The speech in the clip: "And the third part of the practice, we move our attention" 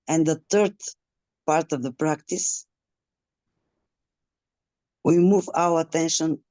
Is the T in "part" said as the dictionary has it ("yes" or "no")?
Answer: yes